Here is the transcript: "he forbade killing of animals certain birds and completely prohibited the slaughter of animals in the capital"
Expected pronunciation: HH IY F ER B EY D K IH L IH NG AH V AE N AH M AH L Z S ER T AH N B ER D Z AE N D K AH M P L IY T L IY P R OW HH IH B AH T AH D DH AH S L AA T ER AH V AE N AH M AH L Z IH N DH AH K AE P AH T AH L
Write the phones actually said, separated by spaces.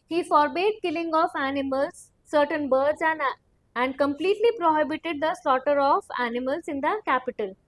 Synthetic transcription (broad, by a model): HH IY F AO B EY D K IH L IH NG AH F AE N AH M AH L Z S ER T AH N B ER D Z AE N D K AH M P L IY T L IY P R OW HH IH B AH T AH D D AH S L AA T ER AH F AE N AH M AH L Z IH N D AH K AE P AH T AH L